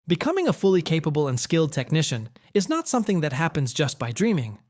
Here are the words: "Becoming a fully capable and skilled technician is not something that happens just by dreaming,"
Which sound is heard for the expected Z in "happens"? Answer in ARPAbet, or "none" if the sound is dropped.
Z